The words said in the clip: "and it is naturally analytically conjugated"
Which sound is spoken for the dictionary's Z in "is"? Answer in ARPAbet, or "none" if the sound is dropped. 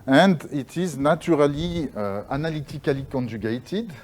Z